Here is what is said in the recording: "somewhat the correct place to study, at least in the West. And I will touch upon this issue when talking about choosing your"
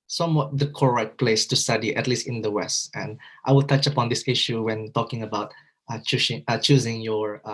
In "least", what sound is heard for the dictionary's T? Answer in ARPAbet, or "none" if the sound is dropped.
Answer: T